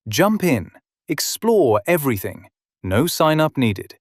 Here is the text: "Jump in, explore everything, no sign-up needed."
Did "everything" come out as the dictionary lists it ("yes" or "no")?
yes